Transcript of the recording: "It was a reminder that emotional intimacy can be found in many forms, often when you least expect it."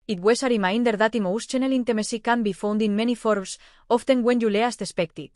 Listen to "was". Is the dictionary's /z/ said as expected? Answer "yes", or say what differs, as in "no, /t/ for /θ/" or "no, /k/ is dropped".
no, /s/ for /z/